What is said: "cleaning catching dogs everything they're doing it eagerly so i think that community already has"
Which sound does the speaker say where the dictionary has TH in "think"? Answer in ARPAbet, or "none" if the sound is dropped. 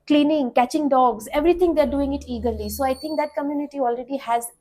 T